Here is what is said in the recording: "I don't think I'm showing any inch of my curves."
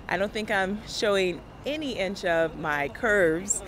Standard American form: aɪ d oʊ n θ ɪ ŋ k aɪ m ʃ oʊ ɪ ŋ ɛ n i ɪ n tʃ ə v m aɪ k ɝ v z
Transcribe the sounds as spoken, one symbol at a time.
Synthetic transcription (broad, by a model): aɪ d oʊ n θ ɪ ŋ k aɪ m ʃ oʊ ɪ ŋ ɛ n i ɪ n tʃ ə v m aɪ k ɝ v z